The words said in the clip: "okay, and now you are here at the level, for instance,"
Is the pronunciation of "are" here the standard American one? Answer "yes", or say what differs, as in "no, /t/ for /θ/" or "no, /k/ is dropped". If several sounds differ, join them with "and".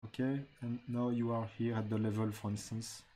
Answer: yes